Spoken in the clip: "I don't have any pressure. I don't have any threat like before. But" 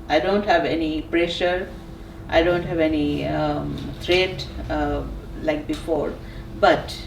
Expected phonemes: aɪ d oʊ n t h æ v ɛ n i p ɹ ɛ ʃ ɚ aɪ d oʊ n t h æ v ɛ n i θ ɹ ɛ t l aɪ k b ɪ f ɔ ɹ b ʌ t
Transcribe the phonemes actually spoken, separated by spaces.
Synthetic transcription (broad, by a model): aɪ d oʊ n t h æ v ɛ n i p ɹ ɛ ʃ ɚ aɪ d oʊ n t h æ v ɛ n i t ɹ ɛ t l aɪ k b ɪ f ɔ ɹ b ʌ t